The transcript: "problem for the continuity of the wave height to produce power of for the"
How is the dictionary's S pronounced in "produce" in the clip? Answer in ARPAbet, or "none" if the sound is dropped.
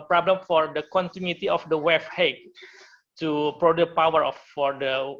none